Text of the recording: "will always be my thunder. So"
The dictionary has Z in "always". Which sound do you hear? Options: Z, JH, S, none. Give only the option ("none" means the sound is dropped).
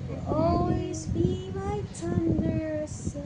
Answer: Z